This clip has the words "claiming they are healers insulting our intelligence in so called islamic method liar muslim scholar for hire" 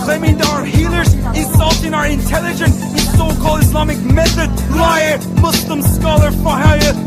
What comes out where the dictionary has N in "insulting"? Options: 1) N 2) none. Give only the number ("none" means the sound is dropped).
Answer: 2